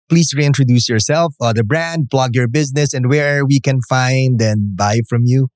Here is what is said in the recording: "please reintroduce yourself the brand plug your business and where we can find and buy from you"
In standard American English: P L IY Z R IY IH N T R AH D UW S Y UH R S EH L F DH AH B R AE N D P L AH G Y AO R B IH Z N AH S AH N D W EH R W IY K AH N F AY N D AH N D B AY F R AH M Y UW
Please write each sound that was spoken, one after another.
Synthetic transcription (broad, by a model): P L IY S R IY IH N T R AH D UW S Y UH R S EH L F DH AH B R AE N D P L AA G Y AO R B IH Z N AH S AH N D W EH R W IY K AH N F AY N D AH N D B AY F R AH M Y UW